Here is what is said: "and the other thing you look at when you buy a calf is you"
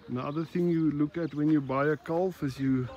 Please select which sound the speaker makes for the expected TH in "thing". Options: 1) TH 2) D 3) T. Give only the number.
1